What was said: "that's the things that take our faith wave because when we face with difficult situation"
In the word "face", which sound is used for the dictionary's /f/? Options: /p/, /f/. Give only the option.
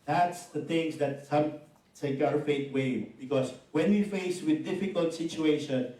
/f/